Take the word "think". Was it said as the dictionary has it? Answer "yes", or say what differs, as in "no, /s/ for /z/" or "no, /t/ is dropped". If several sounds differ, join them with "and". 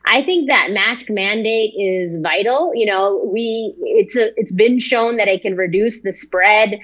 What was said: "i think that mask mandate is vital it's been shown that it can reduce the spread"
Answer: yes